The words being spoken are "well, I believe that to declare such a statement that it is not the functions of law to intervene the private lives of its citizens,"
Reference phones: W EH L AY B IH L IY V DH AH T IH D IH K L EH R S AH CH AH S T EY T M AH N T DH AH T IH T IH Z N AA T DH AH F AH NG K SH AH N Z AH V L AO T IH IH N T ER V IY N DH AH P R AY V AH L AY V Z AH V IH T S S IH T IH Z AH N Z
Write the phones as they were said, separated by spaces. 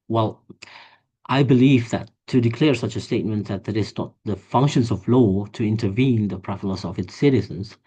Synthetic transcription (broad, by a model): W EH L AY B IH L IY V DH AH T IH D IH K L EH R S AH CH AH S T EY T M AH N T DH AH T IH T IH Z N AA T DH AH F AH NG K SH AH N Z AH V L AO T IH IH N T ER V IY N DH AH P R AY F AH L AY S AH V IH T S S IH T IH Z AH N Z